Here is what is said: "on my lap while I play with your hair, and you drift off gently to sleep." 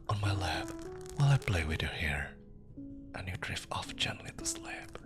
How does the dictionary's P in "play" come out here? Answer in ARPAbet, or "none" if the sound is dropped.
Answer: B